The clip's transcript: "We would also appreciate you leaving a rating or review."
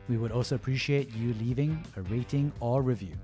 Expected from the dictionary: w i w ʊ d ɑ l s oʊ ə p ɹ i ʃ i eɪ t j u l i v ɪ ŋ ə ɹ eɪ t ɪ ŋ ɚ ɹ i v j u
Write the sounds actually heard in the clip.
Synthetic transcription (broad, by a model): w i w ʊ d ɑ l s oʊ ə p ɹ i ʃ i eɪ t j u l i v ɪ ŋ ə ɹ eɪ t ɪ ŋ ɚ ɹ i v j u